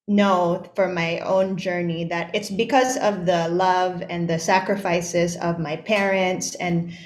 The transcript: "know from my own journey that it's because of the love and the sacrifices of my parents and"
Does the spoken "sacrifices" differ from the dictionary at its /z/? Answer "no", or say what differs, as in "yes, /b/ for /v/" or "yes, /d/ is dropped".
no